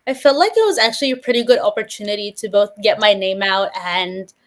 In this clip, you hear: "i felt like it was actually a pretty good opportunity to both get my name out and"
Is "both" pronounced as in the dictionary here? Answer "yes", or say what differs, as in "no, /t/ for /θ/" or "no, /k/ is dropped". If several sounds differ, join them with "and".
yes